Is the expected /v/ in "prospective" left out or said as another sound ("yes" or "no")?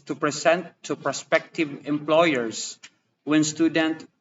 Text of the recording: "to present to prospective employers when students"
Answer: no